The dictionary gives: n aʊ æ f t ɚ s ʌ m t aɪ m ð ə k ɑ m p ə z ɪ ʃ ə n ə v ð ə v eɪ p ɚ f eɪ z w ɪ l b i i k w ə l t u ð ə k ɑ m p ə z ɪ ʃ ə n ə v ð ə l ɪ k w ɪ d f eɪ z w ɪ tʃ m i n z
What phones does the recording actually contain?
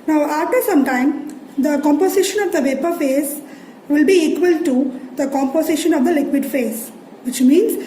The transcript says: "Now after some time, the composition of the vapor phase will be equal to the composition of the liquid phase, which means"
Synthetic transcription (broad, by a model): n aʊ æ f t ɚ s ʌ m t aɪ m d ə k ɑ m p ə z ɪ ʃ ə n ə v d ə v eɪ p ɚ f eɪ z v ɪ l b i i k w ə l t u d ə k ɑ m p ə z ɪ ʃ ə n ə v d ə l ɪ k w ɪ d f eɪ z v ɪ tʃ m i n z